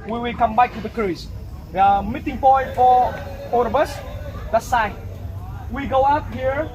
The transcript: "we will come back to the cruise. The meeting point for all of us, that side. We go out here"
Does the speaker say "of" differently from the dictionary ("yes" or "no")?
yes